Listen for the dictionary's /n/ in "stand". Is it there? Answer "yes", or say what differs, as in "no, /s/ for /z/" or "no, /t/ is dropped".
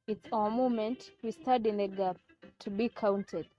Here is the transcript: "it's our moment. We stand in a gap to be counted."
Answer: no, /n/ is dropped